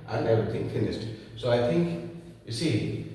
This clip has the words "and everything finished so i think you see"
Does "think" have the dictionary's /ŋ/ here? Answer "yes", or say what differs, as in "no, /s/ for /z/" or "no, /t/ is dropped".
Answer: yes